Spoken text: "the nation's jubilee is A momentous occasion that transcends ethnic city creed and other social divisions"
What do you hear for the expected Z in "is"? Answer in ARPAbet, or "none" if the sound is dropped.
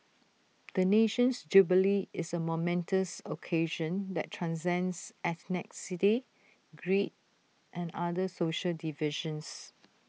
S